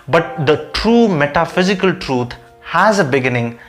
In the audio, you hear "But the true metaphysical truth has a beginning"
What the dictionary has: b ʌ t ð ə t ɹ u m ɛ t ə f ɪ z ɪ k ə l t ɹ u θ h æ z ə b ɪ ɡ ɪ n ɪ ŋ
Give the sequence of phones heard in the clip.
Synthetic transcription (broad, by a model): b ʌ t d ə t ɹ u m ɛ t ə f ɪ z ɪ k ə l t ɹ u t h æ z ə b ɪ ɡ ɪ n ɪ ŋ